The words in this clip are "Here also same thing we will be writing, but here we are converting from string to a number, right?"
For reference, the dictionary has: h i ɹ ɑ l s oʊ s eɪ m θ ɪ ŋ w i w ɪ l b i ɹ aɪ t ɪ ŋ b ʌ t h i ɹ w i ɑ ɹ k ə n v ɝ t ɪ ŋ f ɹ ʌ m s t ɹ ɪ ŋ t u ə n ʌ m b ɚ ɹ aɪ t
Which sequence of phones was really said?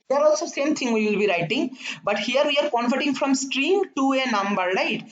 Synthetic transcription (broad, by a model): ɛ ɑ ɹ ɑ l s oʊ s eɪ m t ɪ ŋ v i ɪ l b i ɹ aɪ t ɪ ŋ b ʌ t h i ɹ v i ɑ ɹ k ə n f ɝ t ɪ ŋ f ɹ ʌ m s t ɹ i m t u ə n ʌ m b ɚ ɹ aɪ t